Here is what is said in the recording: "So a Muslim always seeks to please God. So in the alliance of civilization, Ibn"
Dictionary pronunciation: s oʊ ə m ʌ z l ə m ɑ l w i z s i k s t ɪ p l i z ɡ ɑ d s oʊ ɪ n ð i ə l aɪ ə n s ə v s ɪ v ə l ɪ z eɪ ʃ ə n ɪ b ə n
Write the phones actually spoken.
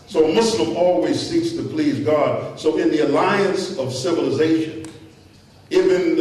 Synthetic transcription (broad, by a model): s oʊ ə m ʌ s l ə m ɑ l w i z s i k s t ɪ p l i z ɡ ɑ d s oʊ ɪ n ð i ə l aɪ ə n s ə v s ɪ v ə l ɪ z eɪ ʃ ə n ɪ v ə n